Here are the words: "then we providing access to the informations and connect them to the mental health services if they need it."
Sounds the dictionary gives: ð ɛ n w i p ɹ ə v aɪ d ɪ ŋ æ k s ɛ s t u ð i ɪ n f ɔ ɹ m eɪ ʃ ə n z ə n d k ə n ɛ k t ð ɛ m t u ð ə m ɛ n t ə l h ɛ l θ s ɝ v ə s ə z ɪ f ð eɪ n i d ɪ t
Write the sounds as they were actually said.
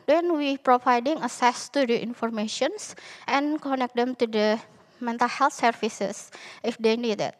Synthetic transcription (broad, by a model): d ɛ n w i p ɹ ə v aɪ d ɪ ŋ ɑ s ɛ s t u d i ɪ n f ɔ ɹ m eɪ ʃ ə n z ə n k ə n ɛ k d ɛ m t u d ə m ɛ n t ə l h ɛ l t s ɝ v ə s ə s ɪ f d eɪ n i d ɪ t